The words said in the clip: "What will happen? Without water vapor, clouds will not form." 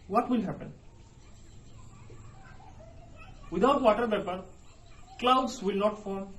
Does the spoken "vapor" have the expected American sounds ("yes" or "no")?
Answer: no